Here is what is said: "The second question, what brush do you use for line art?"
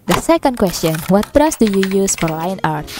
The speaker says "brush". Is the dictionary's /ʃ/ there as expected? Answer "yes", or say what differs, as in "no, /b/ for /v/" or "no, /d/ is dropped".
no, /s/ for /ʃ/